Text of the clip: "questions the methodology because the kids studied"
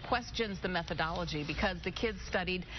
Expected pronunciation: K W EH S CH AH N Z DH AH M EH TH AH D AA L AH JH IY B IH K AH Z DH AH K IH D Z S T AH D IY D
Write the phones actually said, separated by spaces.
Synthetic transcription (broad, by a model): K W EH S CH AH N Z DH AH M EH TH AH D AA L AH JH IY B IH K AH Z DH AH K IH D Z S T AH D IY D